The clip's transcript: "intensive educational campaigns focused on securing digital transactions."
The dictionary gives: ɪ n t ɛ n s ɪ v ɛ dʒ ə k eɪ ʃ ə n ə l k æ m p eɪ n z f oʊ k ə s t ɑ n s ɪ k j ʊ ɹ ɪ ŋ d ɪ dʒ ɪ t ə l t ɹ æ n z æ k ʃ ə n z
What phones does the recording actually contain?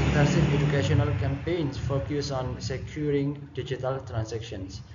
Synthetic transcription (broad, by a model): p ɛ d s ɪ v ɛ dʒ ə k eɪ ʃ ə n ə l k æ m p eɪ n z f oʊ k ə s ɑ n s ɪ k j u ɹ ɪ ŋ d ɪ dʒ ɪ t ə l t ɹ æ n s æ k ʃ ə n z